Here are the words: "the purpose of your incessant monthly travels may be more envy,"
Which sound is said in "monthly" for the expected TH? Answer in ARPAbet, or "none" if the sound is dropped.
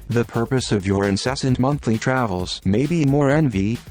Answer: TH